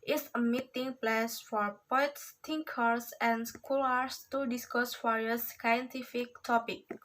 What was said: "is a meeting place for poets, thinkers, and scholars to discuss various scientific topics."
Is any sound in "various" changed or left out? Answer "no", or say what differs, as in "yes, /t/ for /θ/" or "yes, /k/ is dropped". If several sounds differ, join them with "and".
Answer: yes, /f/ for /v/